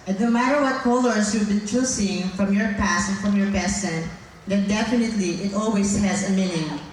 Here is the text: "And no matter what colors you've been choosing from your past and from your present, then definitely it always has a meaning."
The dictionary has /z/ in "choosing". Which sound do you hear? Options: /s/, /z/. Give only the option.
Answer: /s/